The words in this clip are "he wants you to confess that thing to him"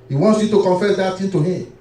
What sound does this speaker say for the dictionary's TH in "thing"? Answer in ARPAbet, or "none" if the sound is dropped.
T